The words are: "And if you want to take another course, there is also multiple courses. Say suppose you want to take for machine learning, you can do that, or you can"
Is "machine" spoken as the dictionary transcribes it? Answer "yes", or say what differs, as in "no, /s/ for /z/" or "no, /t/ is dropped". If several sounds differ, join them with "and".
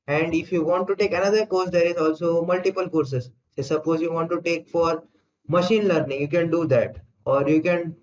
yes